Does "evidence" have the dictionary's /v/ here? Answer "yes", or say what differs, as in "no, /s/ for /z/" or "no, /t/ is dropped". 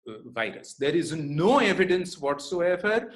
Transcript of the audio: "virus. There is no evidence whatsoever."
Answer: yes